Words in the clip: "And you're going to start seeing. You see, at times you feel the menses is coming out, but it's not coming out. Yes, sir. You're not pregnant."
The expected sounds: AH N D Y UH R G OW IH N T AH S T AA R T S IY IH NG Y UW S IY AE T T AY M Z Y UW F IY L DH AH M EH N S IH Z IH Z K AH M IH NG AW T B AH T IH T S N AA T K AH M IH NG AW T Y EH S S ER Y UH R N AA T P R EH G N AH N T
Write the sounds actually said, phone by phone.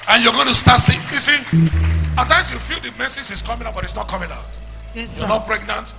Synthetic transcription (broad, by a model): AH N Y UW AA G OW IH N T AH S T AA T S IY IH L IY S IY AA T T AY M S Y UW F IY L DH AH M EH S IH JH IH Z K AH M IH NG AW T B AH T IH T S N AA T K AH M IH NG AW T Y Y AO N AA T P R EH G N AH N T